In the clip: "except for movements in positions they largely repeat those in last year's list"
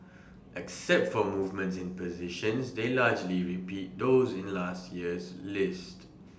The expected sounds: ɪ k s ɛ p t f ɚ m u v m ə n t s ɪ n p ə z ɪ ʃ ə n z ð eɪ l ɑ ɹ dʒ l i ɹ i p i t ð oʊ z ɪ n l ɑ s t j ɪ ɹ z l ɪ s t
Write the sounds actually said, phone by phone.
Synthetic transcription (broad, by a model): ɪ k s ɛ p t f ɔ m u v m ə n t s ɪ n p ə z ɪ ʃ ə n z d eɪ l ɑ dʒ l i ɹ i p i t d oʊ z ɪ n l ɑ s t j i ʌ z l ɪ s t